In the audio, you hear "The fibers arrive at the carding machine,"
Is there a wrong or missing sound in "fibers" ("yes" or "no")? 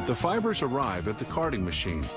no